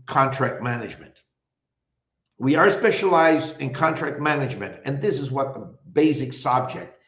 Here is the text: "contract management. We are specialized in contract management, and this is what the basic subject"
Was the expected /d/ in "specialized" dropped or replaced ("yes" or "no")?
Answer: no